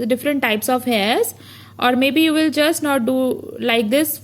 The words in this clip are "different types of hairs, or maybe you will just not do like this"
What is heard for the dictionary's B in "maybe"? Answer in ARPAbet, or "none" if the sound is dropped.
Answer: B